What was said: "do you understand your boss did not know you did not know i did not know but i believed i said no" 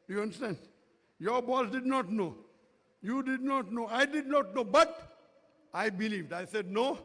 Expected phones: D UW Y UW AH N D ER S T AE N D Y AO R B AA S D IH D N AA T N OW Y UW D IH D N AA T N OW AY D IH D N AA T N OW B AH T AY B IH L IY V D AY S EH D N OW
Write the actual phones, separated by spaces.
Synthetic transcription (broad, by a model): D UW Y UW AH N D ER S T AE N D Y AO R B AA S D IH D N AA T N OW Y UW D IH D N AA T N OW AY D IH D N AA T N OW B AH T AY B IH L IY V D AY S EH D N OW